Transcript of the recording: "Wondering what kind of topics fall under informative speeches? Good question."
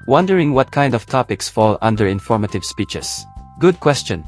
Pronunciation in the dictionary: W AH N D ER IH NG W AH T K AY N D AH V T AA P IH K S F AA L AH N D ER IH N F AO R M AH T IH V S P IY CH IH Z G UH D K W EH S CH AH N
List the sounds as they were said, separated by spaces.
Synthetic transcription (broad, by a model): W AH N D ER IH NG W AH T K AY N D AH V T AA P IH K S F AA L AH N D ER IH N F AO R M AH T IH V S P IY CH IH S G UH D K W EH S CH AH N